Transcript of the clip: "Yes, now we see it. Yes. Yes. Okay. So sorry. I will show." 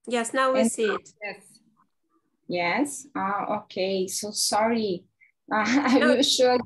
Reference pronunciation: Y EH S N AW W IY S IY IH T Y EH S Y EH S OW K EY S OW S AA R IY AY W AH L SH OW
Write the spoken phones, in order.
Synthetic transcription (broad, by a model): Y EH S N AW W IY S IY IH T Y EH S Y EH S OW K EY S OW S AA R IY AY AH N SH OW